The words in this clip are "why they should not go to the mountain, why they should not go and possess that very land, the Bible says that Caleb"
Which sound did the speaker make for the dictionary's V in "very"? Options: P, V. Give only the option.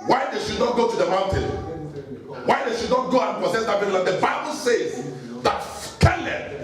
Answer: P